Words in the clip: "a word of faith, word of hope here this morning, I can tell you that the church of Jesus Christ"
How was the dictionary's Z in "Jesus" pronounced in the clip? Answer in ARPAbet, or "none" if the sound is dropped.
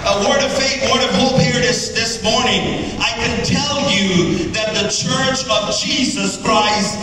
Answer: Z